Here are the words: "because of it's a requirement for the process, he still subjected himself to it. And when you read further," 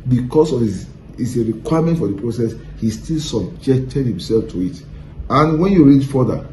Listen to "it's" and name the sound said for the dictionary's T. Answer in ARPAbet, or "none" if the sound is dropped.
S